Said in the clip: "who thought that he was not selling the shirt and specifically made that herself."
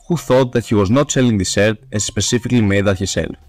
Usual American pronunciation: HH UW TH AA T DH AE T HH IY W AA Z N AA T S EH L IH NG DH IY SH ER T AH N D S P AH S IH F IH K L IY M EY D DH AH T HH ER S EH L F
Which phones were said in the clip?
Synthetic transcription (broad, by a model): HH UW TH AA T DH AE T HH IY W AA Z N AA T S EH L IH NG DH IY S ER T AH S S P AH S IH F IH K L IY M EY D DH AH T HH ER S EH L